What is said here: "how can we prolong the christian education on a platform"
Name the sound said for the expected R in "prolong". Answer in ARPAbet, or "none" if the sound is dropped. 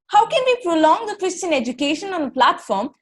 R